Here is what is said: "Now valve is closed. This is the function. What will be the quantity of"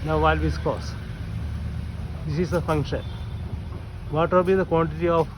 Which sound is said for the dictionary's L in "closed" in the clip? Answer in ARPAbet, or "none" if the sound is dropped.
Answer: none